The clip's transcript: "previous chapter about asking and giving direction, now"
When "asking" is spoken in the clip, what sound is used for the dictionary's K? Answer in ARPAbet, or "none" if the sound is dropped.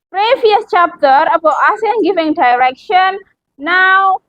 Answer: none